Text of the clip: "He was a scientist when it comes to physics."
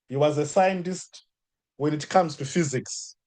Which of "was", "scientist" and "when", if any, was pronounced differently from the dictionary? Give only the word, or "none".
none